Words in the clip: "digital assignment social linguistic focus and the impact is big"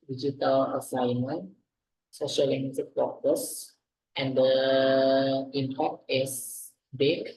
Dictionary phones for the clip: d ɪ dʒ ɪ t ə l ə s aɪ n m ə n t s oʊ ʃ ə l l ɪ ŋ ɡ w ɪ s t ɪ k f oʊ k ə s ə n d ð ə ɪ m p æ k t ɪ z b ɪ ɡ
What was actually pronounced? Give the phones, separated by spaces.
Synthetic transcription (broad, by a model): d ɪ dʒ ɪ t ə l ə s aɪ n m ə n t s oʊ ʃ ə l l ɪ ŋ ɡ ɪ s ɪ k p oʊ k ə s ə n d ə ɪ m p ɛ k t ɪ s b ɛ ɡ